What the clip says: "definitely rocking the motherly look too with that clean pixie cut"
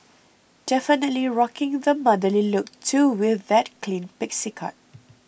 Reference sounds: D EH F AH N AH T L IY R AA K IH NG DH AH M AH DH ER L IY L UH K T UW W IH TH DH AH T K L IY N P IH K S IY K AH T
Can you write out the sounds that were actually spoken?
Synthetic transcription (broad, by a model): D EH F AH N AH T L IY R AA K IH NG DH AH M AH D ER L IY L UH K T UW W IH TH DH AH T K L IY N P IH K S IY K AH T